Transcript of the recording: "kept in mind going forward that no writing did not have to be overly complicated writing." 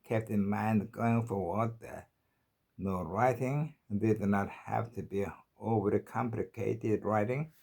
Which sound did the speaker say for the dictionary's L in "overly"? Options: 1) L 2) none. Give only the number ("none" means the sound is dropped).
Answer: 2